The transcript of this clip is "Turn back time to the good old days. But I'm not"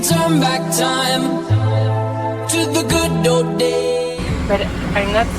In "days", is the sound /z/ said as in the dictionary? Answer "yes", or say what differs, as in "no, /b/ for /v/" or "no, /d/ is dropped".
no, /z/ is dropped